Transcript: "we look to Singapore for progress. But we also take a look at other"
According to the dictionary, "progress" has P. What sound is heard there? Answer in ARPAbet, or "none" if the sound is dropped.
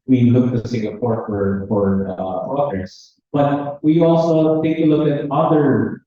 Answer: F